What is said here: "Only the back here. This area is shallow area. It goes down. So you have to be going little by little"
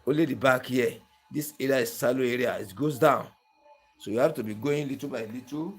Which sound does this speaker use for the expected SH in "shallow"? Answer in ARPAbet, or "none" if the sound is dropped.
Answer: S